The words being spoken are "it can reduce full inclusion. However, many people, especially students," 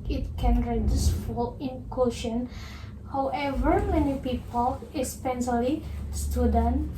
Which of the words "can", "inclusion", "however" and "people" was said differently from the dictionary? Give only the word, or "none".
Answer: inclusion